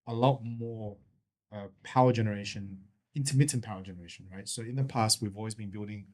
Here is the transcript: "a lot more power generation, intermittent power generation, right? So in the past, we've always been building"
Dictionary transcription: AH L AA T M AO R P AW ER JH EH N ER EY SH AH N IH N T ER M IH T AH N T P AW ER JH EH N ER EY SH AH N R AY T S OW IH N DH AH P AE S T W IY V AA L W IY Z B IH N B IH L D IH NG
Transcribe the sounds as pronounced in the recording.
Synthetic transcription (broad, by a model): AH L AA T M AO R P AW ER JH EH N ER EY SH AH N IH N T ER M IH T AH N P AW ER JH EH N ER EY SH AH N R AY T S OW IH N DH AH P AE S T W IY V AA L W IY Z B IH N B IH L D IH NG